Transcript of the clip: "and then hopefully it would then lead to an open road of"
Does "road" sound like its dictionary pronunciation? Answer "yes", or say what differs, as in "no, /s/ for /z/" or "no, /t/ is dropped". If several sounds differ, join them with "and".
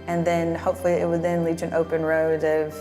yes